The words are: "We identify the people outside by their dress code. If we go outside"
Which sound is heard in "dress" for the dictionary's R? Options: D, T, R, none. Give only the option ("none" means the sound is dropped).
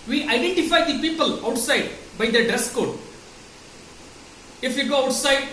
none